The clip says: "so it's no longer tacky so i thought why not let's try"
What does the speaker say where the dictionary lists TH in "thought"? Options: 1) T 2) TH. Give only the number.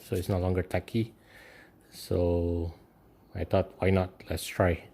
1